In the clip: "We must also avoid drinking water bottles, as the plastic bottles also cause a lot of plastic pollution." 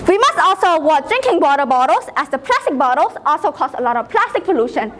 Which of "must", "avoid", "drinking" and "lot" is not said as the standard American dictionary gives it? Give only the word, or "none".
avoid